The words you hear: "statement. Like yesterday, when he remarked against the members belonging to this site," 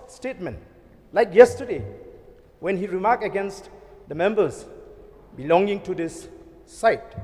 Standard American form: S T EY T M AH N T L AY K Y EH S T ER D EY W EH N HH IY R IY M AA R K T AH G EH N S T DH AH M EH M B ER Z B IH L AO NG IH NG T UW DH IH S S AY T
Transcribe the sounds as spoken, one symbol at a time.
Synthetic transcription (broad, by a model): S T EY T M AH N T L AY K Y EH S T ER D EY W EH N HH IY R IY M AA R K AH G EH N S T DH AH M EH M B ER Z B IH L AO NG IH NG T UW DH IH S S AY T